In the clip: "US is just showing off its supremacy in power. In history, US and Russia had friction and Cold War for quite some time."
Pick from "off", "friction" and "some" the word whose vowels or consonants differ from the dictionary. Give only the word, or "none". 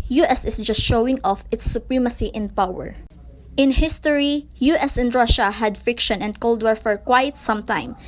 friction